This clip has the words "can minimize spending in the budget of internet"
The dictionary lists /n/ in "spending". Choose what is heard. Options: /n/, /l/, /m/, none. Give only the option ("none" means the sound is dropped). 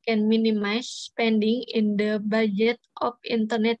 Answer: /n/